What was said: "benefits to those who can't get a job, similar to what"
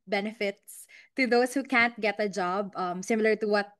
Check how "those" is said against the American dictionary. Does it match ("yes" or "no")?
no